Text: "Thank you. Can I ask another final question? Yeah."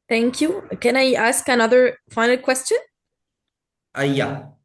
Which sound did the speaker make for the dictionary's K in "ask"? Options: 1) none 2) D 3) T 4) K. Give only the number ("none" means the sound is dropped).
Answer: 4